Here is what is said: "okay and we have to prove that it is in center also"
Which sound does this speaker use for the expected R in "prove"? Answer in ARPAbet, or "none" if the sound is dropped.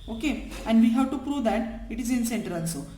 R